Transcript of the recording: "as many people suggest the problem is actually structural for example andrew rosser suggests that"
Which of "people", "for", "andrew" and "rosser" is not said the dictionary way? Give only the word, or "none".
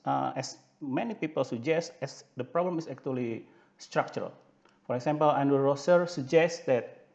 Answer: andrew